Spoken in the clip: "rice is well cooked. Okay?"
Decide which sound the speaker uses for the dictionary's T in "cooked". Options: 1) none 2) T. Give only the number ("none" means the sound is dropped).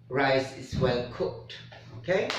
2